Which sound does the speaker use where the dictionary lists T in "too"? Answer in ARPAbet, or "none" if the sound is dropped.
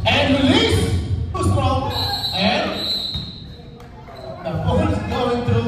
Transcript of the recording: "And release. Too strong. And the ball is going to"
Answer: S